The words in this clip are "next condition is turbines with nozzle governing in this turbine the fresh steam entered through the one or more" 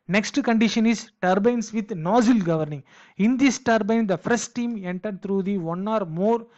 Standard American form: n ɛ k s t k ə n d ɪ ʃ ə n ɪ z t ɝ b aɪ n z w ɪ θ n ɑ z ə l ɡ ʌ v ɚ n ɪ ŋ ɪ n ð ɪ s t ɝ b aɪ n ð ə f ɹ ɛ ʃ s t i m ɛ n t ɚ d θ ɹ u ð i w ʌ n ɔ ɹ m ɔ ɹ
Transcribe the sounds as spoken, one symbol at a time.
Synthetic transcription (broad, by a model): n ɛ k s t k ə n d ɪ ʃ ə n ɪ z t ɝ b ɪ n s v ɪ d n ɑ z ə l ɡ ʌ v ɚ n ɪ ŋ ɪ n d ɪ s t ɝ b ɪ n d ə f ʌ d s t i m ɛ n t ɚ d t ɹ u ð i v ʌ n ɔ ɹ m ɔ ɹ